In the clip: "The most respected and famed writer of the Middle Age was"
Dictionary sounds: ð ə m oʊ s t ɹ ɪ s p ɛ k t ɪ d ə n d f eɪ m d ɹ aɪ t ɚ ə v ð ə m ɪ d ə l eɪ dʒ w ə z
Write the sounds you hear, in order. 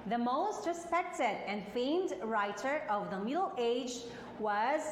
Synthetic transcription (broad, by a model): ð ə m oʊ s t ɹ ɪ s p ɛ k t ɪ d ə n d f eɪ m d ɹ aɪ t ɚ ə v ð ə m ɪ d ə l eɪ dʒ w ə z